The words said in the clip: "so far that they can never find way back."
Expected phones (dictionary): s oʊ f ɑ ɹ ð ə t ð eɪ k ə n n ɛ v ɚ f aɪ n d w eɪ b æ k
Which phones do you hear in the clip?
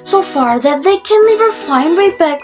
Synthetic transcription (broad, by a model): s oʊ f ɑ ɹ ð ə t ð eɪ k ə n l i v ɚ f aɪ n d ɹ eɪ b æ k